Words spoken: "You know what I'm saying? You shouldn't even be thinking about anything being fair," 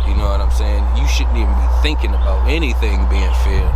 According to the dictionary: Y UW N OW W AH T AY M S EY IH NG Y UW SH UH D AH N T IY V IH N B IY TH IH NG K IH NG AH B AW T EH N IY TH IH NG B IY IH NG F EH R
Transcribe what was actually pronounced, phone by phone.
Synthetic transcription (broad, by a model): Y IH N OW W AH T AY M S EY IH NG Y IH SH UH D N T IY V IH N B IY TH IH NG K IH NG AH B AW T EH N IY TH IH NG B IY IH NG F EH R